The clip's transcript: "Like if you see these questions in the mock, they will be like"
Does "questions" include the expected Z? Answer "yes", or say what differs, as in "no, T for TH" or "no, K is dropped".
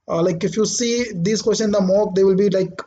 no, Z is dropped